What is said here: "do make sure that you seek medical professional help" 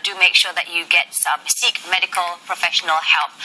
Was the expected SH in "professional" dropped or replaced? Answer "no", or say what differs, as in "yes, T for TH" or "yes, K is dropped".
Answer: no